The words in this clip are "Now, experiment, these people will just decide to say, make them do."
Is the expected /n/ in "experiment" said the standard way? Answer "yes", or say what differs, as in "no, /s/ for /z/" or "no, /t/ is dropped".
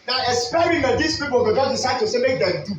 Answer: no, /n/ is dropped